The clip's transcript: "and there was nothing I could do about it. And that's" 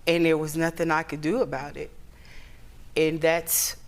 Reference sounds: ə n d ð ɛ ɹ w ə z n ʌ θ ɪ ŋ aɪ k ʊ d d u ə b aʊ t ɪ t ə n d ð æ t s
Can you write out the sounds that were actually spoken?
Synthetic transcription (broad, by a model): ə n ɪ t w ə z n ʌ θ ɪ ŋ aɪ k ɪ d d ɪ ə b aʊ t ɪ t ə n ð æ t s